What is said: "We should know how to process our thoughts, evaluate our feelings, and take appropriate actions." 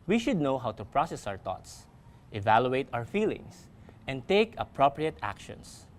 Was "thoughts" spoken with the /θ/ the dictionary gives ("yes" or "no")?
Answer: no